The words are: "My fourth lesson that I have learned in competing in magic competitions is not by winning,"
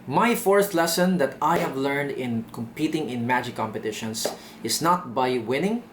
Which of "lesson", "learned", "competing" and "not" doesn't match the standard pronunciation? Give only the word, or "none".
none